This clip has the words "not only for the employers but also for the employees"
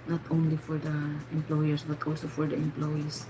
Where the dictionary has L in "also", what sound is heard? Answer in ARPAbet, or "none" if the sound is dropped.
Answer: L